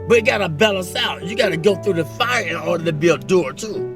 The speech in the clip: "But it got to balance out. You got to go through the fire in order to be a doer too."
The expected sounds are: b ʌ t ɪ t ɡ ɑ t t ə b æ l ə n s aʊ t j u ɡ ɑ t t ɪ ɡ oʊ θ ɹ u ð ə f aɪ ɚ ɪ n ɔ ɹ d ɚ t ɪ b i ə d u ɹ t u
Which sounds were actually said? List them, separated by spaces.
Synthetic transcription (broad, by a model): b ʌ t ɪ t ɡ ɑ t t ə b æ l ə n s aʊ t j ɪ ɡ ɑ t t ɪ ɡ oʊ θ ɹ u ð ə f aɪ ɚ ɪ n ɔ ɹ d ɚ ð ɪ b i ə d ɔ ɹ t u